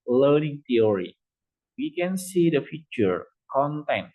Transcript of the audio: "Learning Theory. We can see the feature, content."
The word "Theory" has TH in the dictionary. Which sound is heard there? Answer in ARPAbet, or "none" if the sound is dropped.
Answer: T